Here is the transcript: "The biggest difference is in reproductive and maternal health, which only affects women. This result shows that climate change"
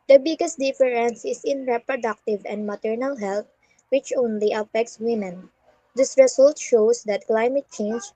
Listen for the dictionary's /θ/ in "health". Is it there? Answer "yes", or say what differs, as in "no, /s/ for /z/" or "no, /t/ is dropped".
no, /t/ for /θ/